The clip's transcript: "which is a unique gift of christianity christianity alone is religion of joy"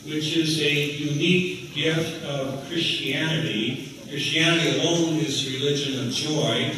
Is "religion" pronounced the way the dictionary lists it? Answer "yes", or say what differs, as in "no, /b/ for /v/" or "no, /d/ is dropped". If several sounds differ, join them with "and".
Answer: yes